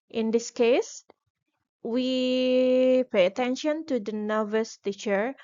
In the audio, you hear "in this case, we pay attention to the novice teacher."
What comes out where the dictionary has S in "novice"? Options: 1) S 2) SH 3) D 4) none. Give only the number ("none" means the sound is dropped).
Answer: 1